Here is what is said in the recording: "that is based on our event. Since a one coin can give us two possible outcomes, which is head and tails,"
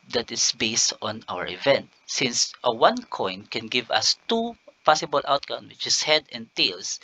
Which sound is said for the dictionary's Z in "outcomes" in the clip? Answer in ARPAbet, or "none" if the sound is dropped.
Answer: none